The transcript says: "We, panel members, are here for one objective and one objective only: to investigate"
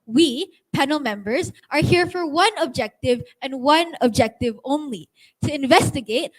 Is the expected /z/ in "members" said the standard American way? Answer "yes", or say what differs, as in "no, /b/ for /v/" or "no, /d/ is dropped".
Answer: yes